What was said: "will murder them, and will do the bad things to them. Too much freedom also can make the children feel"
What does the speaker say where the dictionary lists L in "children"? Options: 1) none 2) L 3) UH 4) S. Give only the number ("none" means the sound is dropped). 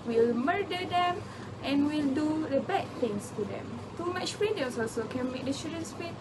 1